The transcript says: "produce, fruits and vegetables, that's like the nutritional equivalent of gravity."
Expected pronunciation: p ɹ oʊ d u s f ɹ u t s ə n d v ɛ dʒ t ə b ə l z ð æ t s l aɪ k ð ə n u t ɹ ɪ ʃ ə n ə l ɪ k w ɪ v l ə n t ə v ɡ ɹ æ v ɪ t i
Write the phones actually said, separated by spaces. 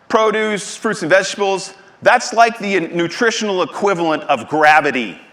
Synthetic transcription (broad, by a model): p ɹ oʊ d u s f ɹ u t s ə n v ɛ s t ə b l z ð æ t s l aɪ k ð ə n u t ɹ ɪ ʃ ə n l ɪ k w ɪ v l ə n t ə v ɡ ɹ æ v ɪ t i